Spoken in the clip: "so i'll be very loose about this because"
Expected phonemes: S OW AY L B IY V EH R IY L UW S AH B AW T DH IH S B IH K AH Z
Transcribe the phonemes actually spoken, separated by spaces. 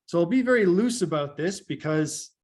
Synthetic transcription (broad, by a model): S OW AY L B IY V EH R IY L UW S AH B AW T DH IH S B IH K AH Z